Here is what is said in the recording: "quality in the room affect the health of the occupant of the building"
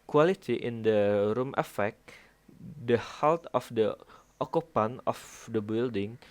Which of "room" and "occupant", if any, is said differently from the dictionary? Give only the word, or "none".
occupant